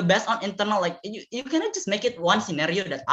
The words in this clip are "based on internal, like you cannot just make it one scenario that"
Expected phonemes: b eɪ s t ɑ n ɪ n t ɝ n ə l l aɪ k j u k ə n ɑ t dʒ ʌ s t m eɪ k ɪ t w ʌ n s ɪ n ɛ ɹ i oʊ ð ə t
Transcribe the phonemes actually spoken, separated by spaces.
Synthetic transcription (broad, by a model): b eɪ s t ɑ n ɪ n t ɝ n ə l l aɪ k j u k ə n ɑ t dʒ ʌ s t m eɪ k ɪ t w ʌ n s ɪ n ɛ ɹ i oʊ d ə t